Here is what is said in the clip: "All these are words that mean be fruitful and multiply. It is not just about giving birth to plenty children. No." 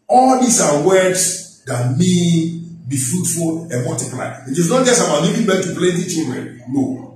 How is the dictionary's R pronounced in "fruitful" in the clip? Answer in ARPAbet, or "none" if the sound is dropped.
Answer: R